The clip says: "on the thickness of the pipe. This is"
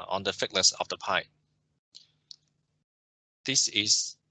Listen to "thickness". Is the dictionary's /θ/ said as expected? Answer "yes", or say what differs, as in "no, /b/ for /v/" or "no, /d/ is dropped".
no, /f/ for /θ/